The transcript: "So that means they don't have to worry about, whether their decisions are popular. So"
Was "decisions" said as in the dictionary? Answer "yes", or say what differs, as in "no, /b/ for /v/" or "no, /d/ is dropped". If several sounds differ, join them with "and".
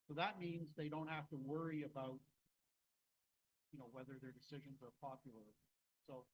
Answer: yes